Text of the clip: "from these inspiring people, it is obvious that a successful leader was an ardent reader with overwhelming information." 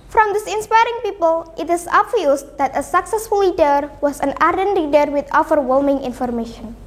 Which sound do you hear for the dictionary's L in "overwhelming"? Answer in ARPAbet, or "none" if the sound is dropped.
L